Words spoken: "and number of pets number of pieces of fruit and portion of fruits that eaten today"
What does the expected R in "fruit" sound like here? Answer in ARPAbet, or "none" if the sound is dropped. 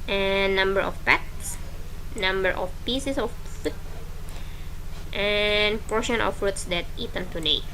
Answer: none